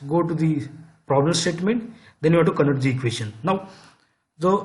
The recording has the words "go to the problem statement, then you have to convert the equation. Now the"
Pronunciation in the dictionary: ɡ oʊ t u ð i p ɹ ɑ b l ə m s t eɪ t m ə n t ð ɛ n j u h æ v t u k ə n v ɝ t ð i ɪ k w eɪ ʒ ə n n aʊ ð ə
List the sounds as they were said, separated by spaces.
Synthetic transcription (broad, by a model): ɡ oʊ t u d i p ɹ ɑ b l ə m s t eɪ t m ə n t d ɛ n j u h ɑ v t u k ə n ɝ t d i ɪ k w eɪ ʃ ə n n aʊ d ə